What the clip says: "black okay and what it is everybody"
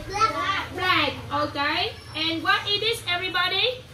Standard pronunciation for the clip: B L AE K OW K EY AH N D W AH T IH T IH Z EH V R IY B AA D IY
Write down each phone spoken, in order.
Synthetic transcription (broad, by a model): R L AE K OW K EY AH N W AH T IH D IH S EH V R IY B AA D IY